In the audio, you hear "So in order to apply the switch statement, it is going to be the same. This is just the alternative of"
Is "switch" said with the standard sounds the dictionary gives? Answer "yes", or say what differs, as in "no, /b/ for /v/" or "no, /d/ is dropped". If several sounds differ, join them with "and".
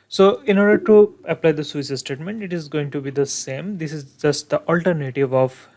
no, /s/ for /tʃ/